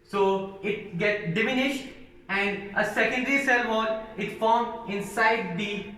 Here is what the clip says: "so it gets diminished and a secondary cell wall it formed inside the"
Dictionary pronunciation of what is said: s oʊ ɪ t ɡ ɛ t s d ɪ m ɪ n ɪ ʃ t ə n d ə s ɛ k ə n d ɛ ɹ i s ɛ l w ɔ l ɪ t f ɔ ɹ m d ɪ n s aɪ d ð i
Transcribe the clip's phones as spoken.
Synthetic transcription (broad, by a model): s oʊ ɪ t ɡ ɛ t s d ɪ m ɪ n ɪ ʃ t ə n d ə s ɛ k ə n d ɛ ɹ i s ɛ l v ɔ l ɪ t f ɔ ɹ m ɪ n s aɪ d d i